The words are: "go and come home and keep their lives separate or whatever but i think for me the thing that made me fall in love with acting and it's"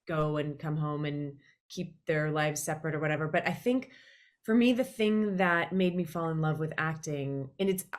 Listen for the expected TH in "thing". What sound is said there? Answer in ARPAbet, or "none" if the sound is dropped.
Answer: TH